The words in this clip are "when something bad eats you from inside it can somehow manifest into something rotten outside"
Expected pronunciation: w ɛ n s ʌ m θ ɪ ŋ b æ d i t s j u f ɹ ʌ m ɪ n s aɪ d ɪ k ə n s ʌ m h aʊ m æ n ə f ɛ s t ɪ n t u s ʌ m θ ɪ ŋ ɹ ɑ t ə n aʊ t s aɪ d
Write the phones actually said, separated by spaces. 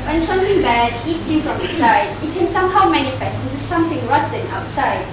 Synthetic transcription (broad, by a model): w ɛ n s ʌ m θ ɪ ŋ b æ d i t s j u f ɹ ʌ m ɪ s aɪ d ɪ k ə n s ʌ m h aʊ m æ n ə f ɛ s t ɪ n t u s ʌ m θ ɪ ŋ ɹ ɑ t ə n aʊ t s aɪ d